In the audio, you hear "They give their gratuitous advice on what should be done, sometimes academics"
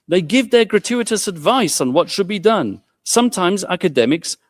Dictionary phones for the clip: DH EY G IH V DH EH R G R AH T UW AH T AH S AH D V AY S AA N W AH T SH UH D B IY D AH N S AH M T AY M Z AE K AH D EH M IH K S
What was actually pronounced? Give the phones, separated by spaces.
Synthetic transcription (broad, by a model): DH EY G IH V DH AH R G R AH T UW AH T AH S AH D V AY S N W AH T SH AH D B IY D AH N S AH M T AY M Z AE K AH D EH M IH K S